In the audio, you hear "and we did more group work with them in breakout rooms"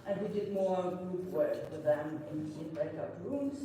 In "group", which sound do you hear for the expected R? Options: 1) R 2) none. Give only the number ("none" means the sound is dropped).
2